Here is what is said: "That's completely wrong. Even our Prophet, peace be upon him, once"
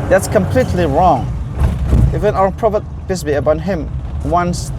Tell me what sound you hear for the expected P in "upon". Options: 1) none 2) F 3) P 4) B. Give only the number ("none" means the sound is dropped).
4